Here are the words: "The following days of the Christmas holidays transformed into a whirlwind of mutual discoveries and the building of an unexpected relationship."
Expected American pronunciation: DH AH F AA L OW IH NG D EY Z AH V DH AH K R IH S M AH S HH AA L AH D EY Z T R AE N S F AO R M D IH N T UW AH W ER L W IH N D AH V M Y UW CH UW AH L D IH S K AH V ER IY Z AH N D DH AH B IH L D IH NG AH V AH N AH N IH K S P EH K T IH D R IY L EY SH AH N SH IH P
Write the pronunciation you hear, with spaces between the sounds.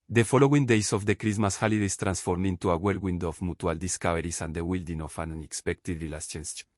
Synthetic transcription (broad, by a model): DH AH F AA L OW IH NG D EY S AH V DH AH K R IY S M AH S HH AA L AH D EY S T R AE N S F AO R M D IH N T UW AH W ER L W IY N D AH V M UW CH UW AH L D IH S K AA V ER IY S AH N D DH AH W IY L D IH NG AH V AH N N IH K S P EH K T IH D R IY L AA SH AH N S